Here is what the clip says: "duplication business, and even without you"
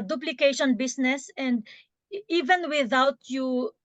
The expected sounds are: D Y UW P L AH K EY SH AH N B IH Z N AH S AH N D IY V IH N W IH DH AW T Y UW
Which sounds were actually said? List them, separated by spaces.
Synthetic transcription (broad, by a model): D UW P L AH K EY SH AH N B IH S N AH S AH N D IY V IH N W IH DH AW T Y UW